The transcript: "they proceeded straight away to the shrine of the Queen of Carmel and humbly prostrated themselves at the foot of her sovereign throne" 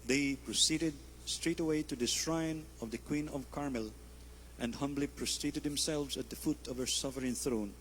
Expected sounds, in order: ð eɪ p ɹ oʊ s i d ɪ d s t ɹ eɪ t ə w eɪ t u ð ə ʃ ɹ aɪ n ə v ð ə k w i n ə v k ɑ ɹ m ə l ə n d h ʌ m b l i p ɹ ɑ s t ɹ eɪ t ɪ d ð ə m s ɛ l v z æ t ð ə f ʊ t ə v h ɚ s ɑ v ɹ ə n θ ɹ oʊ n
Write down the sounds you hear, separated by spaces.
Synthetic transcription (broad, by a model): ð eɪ p ɹ oʊ s i d ɪ d s t ɹ eɪ t ə w eɪ t u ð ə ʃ ɹ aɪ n ə v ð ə k w i n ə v k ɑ ɹ m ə l ə n d h ʌ m b l i p ɹ ɑ s t ɹ eɪ t ɪ d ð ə m s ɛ l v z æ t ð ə f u t ə v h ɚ s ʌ f ɹ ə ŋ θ ɹ oʊ n